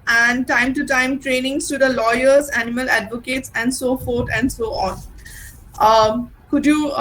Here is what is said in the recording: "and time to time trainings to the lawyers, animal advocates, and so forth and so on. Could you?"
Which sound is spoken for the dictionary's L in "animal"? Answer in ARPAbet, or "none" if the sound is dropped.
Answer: L